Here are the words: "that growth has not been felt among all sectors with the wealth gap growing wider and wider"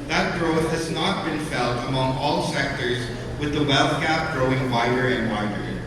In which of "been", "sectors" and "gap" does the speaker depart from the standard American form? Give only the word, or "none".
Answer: none